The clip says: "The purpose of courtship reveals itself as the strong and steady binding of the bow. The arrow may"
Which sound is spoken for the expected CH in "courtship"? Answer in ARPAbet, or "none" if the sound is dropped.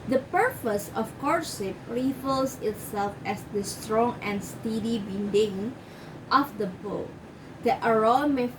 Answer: S